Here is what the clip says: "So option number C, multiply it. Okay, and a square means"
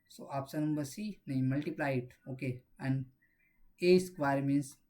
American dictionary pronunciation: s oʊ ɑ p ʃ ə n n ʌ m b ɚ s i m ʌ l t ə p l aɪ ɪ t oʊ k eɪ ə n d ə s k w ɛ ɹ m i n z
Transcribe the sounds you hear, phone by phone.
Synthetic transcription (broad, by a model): s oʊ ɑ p s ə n n ʌ m b ɚ s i m ʌ l t ə p l aɪ ɪ t oʊ k eɪ ə n d ə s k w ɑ ɹ m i n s